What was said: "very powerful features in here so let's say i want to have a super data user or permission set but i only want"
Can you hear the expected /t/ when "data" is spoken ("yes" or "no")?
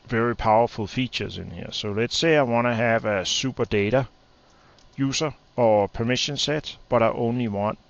yes